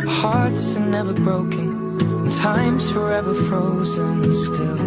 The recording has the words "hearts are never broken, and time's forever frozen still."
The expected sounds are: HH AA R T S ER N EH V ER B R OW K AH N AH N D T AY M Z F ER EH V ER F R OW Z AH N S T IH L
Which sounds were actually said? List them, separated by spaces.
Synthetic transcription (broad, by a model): HH AA R T S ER N EH V ER B R OW AH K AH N T AY M Z F ER EH V ER F R OW Z AH N S T IH L